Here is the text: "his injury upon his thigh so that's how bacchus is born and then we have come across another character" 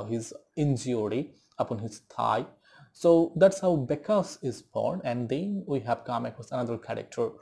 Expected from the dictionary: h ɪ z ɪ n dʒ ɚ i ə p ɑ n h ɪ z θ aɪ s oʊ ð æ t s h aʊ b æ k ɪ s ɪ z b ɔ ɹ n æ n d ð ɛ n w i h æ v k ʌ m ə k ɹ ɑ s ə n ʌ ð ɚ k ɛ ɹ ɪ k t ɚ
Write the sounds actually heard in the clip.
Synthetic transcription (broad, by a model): h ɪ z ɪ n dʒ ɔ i ə p ɑ n h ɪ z t aɪ s oʊ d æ t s h aʊ b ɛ k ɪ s ɪ z b ɔ ɹ n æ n d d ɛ n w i h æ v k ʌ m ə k ɑ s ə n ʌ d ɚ k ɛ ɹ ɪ k t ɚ